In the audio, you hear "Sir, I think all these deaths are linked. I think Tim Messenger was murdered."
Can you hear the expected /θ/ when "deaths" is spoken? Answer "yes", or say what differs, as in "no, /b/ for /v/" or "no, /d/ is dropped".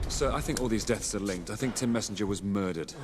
yes